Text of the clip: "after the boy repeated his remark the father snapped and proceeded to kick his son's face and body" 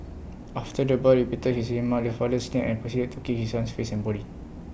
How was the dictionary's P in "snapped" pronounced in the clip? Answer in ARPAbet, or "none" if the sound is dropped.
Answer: none